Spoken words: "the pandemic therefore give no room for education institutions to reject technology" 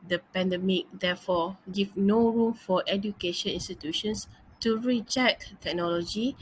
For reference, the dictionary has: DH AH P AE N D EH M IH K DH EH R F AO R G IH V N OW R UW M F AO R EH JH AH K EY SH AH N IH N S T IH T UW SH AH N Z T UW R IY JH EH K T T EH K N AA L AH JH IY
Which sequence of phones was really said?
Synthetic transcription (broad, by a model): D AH P AE N D EH M IH K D EH F AO G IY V N OW R UW M F AO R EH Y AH K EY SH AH N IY N S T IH T UW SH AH N S T UW R IY CH EH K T T EH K N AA L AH JH IY